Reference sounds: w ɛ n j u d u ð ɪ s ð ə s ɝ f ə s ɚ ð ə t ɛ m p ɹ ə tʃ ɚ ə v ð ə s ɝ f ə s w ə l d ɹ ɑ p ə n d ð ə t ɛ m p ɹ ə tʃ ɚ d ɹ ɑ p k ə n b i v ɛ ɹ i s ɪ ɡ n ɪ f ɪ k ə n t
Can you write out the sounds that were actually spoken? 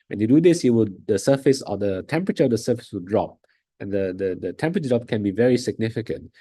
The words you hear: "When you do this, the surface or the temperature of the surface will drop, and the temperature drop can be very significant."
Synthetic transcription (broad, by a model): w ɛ n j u d u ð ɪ s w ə s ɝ f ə s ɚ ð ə t ɛ m p ɹ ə tʃ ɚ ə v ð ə s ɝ f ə s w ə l d ɹ ɑ p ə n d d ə t ɛ m p ɹ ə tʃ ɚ d ɹ ɑ p k ə n b i v ɛ ɹ i s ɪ ɡ n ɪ f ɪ k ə n t